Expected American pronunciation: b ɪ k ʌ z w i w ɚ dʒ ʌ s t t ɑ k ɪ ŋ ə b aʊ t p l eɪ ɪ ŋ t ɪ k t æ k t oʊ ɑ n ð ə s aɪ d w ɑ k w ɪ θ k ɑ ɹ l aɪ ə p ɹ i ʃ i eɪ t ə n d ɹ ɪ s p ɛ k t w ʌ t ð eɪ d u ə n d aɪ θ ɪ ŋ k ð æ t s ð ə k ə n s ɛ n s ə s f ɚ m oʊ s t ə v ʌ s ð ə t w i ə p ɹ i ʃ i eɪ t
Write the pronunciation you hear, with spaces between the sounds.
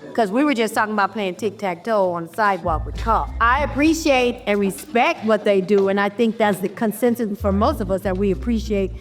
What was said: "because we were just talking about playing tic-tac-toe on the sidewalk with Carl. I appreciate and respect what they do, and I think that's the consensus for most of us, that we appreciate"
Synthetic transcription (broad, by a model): k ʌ z w i w ɚ dʒ ʌ s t t ɑ k ɪ ŋ ə b aʊ t p l eɪ ɪ ŋ t ɪ k t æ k t oʊ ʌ n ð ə s aɪ d w ɑ k w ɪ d k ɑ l aɪ ə p ɹ i ʃ i eɪ t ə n ɹ ɪ s p ɛ k t w ʌ t ð eɪ d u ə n aɪ θ ɪ ŋ k ð æ t s ð ə k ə n s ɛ n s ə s f ɚ m oʊ s t ə v ʌ s ð ə t w i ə p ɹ i ʃ i eɪ t